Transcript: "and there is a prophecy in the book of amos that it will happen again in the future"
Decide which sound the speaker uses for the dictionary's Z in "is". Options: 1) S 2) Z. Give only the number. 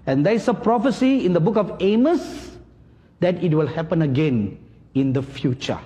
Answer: 1